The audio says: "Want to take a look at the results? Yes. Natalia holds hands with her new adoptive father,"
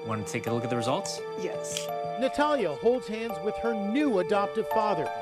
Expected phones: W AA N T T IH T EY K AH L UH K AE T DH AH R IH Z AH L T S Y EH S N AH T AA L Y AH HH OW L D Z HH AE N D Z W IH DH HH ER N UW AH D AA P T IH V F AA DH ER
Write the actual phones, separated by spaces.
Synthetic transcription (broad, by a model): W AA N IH T EY K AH L UH K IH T DH AH R IH Z AH L T S Y EH S N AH T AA L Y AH HH OW L D Z HH AE N D Z W IH DH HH ER N UW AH D AA P T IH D F AA DH ER